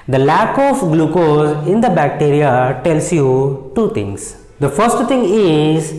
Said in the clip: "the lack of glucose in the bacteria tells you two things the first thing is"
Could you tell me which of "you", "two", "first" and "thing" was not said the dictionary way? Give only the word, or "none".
thing